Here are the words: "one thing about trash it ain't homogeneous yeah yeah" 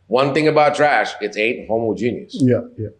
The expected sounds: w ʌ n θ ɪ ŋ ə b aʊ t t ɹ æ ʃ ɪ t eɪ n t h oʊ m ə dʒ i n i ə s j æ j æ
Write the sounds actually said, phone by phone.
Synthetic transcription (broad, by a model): w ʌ n θ ɪ ŋ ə b aʊ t t ɹ æ ʃ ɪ t eɪ t h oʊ m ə dʒ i n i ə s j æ j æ